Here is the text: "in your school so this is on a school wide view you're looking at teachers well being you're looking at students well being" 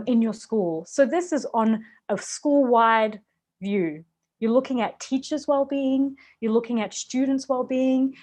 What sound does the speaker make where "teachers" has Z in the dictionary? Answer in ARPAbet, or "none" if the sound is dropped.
Z